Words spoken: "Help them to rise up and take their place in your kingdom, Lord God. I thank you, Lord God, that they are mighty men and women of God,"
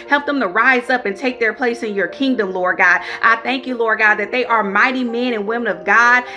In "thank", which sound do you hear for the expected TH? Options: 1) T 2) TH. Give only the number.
2